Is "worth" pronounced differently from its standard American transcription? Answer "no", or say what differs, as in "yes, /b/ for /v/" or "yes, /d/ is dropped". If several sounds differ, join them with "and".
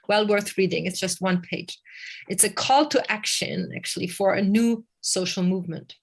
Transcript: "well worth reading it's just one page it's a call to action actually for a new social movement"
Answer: no